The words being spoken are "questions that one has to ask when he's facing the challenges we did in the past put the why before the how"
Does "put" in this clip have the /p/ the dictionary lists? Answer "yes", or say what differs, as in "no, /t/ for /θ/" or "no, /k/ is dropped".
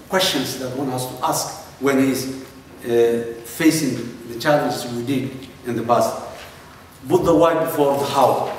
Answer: no, /b/ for /p/